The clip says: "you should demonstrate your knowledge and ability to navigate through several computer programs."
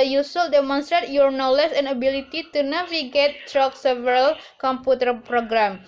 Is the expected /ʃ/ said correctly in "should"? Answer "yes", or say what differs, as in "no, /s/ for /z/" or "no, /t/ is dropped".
no, /s/ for /ʃ/